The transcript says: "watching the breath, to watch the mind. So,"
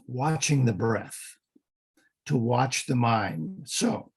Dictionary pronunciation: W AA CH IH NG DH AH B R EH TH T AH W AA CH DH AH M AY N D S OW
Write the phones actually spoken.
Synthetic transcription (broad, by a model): W AA CH IH NG DH AH B R EH TH T AH W AA CH DH AH M AY N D S OW